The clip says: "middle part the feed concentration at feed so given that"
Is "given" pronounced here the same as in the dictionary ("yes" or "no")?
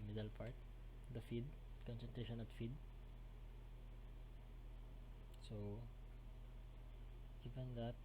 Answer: no